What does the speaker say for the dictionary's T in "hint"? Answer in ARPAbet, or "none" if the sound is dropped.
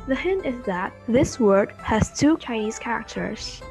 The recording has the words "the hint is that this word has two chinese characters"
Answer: T